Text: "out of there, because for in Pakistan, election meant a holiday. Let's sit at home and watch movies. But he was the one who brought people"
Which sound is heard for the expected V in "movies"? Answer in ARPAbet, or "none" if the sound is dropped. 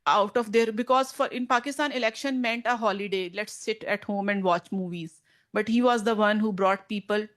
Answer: V